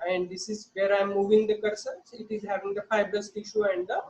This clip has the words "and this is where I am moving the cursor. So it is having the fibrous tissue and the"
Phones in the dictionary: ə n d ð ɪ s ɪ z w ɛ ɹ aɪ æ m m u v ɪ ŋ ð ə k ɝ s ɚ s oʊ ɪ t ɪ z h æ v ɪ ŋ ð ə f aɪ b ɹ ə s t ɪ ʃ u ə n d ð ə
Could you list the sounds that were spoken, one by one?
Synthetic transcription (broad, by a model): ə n d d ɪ s ɪ z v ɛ ɹ aɪ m m u v ɪ ŋ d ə k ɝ s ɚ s ɪ t ɪ z h æ v ɪ ŋ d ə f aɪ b ə s t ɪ ʃ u ə n d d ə